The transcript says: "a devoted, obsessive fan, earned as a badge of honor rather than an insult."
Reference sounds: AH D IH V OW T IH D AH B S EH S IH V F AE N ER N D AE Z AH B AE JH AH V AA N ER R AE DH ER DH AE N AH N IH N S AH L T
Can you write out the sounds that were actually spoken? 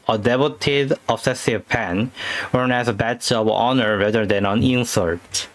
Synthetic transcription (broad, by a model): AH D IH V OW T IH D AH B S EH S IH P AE N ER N AE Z AH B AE CH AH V AA N ER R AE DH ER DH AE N AH N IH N S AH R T